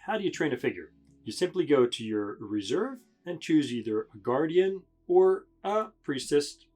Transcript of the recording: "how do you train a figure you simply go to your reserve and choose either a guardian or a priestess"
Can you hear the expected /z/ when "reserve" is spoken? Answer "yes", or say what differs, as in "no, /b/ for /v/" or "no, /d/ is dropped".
yes